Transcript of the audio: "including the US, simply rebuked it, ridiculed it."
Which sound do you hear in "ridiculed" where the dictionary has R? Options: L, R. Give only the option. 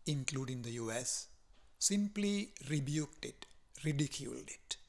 R